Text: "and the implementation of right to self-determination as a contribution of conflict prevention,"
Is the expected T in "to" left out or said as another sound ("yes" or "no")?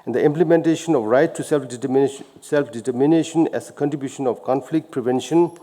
yes